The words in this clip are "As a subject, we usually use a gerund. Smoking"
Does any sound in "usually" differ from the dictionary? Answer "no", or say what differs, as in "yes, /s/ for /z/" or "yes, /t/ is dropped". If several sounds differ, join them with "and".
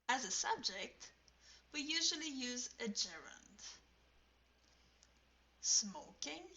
no